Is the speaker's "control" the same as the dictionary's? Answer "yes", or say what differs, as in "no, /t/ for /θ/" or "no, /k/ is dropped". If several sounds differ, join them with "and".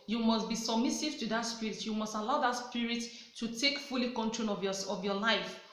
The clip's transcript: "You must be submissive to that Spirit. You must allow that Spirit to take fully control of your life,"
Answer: no, /n/ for /l/